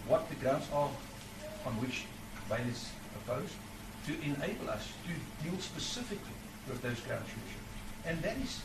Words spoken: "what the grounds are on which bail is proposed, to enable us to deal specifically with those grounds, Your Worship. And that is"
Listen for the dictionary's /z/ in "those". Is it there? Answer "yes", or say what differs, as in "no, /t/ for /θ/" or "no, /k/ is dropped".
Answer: yes